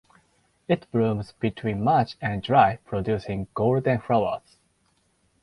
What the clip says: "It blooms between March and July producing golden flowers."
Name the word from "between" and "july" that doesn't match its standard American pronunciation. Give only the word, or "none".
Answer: july